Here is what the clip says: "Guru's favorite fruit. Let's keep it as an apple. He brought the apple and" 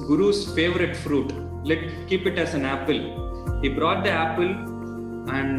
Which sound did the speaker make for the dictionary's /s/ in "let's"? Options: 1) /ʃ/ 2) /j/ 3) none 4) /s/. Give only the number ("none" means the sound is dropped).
3